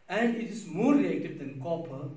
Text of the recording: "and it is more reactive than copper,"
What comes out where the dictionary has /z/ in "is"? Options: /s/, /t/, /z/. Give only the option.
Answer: /s/